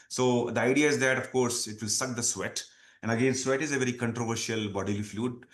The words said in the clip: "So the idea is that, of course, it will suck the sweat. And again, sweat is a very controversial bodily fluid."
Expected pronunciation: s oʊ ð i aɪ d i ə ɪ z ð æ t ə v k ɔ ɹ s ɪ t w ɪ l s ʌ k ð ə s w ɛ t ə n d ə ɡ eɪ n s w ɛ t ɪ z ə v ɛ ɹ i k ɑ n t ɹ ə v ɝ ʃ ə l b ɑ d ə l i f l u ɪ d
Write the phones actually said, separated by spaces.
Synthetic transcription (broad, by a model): s oʊ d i aɪ d i ə ɪ z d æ t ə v k ɔ ɹ s ɪ t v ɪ l s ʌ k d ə s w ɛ t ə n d ə ɡ eɪ n s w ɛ t ɪ z ə v ɛ ɹ i k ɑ n t ɹ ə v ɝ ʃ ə l b ɑ d ə l i f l u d